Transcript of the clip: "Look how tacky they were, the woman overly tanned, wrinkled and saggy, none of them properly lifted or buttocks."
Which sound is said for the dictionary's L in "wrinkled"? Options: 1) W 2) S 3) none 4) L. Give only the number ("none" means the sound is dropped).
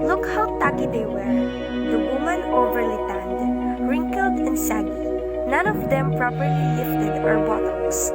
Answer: 4